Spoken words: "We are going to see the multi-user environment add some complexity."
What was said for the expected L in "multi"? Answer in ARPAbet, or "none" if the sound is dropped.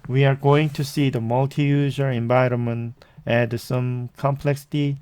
L